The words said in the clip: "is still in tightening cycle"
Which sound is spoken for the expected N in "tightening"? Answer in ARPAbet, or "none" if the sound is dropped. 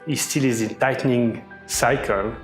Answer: N